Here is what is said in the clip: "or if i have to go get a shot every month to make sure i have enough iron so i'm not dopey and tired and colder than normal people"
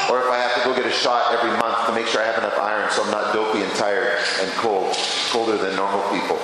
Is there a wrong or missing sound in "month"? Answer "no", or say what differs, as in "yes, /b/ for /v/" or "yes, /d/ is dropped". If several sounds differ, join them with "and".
no